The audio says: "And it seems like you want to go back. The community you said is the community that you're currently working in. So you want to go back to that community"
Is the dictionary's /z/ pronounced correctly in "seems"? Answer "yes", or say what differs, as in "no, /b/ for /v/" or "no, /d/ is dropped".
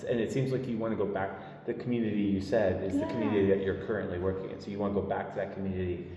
yes